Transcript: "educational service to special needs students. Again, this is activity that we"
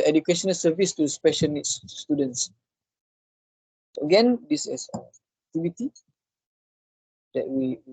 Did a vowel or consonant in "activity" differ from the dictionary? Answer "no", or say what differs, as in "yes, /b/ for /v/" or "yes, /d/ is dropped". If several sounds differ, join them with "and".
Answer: yes, /k/ is dropped and /b/ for /v/